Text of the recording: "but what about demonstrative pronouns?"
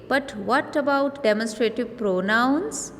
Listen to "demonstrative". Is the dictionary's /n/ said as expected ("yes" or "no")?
yes